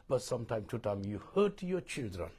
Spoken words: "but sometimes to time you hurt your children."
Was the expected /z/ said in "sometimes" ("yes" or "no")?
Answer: no